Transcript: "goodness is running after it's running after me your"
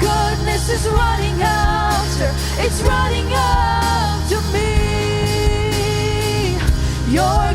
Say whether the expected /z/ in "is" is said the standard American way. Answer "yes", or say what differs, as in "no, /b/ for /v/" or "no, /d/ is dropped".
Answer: yes